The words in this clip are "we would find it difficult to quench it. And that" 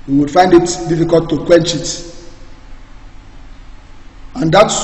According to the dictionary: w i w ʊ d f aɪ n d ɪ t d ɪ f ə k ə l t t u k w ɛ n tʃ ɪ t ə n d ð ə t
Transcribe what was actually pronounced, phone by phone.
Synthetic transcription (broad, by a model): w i w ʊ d f aɪ n d ɪ t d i f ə k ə l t t u k w ɛ n tʃ ɪ t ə n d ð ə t